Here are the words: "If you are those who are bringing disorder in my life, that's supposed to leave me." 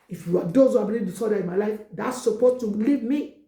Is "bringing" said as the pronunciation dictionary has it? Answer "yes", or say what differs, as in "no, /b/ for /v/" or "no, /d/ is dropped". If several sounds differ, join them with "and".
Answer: no, /ɹ/ is dropped